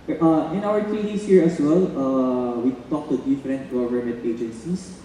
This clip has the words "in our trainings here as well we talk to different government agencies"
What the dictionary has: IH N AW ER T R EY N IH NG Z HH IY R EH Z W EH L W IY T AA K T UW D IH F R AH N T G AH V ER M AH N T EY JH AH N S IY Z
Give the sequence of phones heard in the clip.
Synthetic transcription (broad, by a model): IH N AW ER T IY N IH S HH IY R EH S W EH L W IY T AA K T UW D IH F R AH N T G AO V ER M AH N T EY JH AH N S IY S